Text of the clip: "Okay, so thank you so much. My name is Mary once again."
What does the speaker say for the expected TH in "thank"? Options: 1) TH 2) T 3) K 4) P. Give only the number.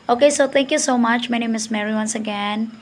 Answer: 2